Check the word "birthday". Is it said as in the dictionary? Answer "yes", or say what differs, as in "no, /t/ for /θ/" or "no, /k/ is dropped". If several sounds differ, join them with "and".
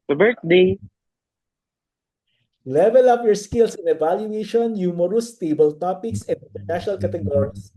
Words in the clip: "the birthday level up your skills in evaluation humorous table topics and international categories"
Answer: no, /t/ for /θ/